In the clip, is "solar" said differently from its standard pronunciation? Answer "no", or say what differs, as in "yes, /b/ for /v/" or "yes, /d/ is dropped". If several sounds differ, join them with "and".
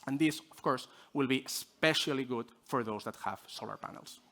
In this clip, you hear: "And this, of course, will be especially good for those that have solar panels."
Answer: no